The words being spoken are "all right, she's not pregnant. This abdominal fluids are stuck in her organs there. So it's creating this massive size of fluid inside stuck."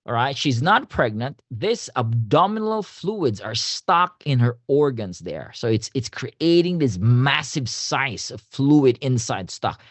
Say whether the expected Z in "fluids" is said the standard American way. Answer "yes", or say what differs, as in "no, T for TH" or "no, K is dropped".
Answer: yes